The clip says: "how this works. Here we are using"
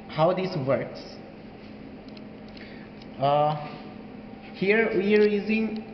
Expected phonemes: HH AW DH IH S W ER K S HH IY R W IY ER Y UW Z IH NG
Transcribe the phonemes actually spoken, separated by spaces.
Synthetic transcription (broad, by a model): HH AW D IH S W ER K S HH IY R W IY ER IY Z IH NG